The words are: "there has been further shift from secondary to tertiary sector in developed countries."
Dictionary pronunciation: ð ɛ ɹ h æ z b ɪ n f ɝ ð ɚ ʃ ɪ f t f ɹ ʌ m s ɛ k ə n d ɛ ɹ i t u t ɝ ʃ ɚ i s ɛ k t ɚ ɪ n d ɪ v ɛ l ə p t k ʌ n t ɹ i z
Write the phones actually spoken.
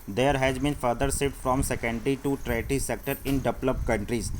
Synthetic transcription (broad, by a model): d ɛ ɹ h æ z b ɪ n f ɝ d ɚ s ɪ t f ɹ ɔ m s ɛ k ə n d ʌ ɹ i t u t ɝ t i s ɛ k t ɚ ɪ n d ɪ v l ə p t k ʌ n t ɹ i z